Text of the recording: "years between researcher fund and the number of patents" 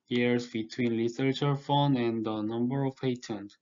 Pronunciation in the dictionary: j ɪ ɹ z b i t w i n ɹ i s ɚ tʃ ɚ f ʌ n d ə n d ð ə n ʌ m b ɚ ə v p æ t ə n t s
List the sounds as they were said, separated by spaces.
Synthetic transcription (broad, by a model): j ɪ ɹ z b i t w i n l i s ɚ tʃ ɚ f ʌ n ə n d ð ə n ʌ m b ɚ ə v p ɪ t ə n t